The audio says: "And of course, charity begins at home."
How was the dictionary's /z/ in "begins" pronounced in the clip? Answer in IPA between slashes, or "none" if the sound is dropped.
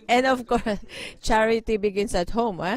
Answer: /s/